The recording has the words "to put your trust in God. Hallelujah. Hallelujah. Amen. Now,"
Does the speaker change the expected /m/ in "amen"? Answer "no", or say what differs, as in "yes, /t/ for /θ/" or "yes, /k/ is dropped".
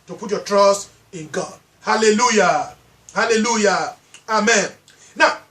no